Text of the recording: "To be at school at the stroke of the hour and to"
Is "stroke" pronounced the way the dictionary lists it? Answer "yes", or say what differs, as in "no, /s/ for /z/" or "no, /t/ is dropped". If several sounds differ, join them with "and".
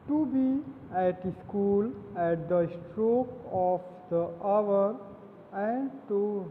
yes